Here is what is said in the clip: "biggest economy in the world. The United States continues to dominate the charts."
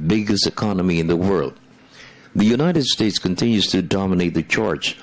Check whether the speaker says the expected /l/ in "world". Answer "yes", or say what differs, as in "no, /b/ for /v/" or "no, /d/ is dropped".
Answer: yes